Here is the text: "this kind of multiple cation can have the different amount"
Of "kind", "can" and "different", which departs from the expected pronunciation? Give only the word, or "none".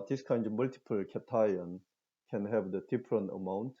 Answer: different